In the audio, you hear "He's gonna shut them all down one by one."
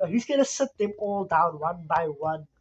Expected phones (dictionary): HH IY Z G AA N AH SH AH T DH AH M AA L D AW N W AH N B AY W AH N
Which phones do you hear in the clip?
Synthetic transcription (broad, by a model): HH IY Z G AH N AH S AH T DH AH M AA L D AW N W AH N B AY W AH N